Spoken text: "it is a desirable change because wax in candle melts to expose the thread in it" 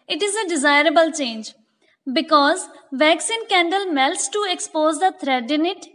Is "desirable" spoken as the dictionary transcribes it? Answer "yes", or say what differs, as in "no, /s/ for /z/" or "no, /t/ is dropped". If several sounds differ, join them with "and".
yes